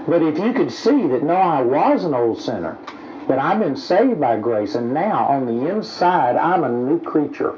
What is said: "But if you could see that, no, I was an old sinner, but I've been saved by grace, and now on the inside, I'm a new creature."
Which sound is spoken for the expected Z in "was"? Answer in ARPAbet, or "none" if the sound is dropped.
Z